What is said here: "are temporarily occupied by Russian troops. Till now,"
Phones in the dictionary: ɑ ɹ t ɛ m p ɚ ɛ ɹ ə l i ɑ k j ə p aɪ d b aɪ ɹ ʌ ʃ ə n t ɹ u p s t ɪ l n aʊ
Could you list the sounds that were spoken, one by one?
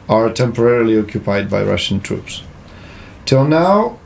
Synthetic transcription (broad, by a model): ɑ ɹ t ɛ m p ɚ ɛ ɹ ə l i ɑ k j ə p aɪ d b aɪ ɹ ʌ ʃ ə n t ɹ u p s t ɪ l n aʊ